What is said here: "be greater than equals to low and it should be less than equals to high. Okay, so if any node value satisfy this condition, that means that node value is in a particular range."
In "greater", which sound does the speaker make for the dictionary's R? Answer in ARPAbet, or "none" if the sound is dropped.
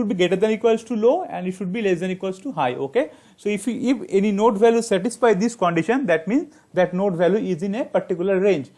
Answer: none